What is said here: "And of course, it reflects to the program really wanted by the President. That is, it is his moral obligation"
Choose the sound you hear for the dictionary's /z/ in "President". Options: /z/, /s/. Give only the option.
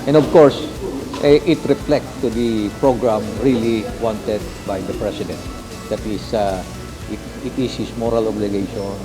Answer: /s/